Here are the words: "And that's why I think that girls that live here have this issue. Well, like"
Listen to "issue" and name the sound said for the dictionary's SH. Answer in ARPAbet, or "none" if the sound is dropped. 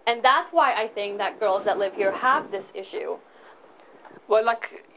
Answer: SH